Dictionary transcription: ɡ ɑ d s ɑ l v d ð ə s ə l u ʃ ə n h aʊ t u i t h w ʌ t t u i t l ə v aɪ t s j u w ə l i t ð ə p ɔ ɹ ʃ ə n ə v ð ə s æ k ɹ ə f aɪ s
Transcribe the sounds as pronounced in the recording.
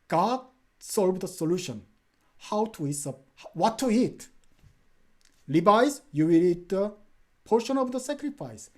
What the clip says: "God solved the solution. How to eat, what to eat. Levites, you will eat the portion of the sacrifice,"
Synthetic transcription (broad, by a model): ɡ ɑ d s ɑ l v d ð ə s ə l u ʃ ə n h aʊ t u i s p w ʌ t t u i t l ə b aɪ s j u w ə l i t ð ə p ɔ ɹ ʃ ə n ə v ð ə s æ k ɹ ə f aɪ s